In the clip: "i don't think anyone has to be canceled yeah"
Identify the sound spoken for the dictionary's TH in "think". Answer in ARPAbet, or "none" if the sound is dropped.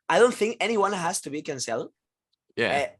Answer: TH